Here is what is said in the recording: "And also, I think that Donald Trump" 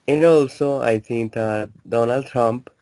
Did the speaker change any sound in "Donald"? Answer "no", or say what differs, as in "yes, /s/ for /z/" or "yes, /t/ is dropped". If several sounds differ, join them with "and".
no